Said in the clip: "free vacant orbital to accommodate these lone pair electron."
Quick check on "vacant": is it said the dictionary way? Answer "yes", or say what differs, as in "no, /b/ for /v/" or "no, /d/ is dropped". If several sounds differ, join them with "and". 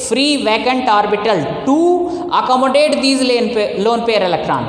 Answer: yes